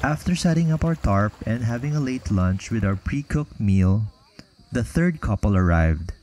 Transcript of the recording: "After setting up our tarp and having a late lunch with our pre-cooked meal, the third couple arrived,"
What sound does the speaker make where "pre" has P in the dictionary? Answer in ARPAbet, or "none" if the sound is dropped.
P